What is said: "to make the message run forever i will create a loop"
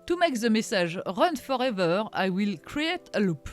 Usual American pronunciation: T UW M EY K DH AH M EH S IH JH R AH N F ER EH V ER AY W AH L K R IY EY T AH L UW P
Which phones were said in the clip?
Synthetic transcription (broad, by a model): T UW M EY K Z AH M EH S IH ZH R AH N F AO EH V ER AY W AH L K R IY EY T AH L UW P